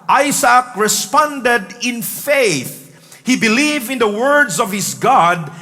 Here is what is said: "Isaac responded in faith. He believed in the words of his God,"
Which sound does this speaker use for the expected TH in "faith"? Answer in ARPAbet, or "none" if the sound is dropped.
TH